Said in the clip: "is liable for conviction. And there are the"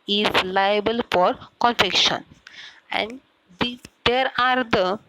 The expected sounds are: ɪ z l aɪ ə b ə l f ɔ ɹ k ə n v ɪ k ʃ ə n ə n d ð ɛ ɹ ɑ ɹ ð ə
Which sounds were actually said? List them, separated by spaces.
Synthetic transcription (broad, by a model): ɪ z l aɪ ə b ə l f ɔ ɹ k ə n f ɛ k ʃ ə n ə n d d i ɹ ɑ ɹ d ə